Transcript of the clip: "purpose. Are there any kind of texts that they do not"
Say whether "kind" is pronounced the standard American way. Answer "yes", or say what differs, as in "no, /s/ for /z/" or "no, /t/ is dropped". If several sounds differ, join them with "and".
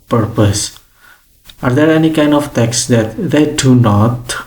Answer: yes